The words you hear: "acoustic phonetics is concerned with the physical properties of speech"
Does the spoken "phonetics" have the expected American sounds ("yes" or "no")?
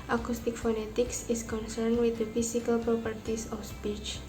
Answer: yes